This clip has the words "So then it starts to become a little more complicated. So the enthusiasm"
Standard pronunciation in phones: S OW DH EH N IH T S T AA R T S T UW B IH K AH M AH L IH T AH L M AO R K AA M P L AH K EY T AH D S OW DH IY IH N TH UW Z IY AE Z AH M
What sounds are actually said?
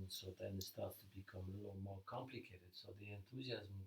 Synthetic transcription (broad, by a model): S OW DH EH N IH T S T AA R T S T UW B IH K AH M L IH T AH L M AO R K AA M P L AH K EY T AH D S OW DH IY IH N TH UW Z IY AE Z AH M